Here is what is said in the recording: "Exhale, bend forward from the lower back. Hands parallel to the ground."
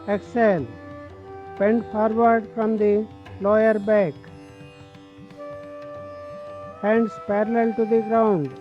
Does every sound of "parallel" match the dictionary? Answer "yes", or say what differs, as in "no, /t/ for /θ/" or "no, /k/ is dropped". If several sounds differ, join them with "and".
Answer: yes